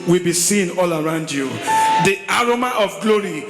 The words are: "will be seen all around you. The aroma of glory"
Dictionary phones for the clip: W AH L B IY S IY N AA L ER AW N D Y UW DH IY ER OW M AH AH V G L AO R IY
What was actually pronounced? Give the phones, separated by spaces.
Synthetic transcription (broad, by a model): W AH L B IY S IY N AA L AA AW N D Y UW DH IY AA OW M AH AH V G L AO R IY